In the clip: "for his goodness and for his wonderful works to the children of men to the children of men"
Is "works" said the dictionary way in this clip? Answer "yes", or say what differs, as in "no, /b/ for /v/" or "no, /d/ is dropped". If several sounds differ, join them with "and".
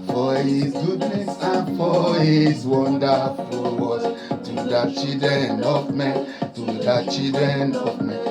no, /k/ is dropped